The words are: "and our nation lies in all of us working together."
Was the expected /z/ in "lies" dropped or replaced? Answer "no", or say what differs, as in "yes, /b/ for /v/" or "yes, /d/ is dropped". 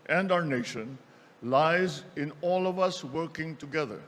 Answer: no